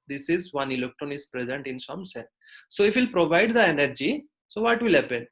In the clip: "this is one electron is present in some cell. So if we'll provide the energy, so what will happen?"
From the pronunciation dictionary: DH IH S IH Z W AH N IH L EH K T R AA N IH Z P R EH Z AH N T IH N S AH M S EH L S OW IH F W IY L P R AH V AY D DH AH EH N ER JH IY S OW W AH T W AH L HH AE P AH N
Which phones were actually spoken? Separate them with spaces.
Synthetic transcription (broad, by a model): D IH S IH Z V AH N IH L EH K T R AA N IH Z P R EH Z AH N T IH N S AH M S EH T S OW IH F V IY L P R AH V AY D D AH EH N ER JH IY S OW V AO T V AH L HH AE P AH N